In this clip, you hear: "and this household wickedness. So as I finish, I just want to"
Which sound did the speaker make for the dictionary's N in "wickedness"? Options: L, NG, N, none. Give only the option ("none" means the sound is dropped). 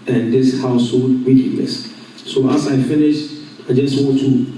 L